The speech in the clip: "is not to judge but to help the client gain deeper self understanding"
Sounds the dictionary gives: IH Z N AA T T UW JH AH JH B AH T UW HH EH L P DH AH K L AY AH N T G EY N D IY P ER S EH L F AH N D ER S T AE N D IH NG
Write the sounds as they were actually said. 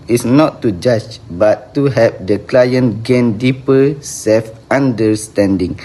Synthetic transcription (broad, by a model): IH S N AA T T UW JH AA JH B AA T UW HH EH P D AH K L AY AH N G EY N D IY P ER S EH L F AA N D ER S T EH N D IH NG